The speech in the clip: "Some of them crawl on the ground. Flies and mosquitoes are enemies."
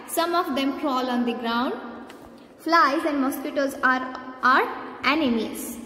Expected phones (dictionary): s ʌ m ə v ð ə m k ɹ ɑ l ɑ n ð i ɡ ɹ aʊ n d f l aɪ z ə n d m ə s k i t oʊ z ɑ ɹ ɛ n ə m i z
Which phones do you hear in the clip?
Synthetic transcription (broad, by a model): s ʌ m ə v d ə m k ɹ ɑ l ɑ n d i ɡ ɹ aʊ n d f l aɪ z ə n d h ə s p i t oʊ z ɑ ɹ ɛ n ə m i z